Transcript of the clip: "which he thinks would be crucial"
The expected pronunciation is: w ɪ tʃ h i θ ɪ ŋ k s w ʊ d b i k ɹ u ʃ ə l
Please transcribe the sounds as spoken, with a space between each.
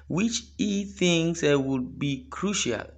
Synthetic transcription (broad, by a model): w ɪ tʃ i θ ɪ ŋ s w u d b i k ɹ u ʃ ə l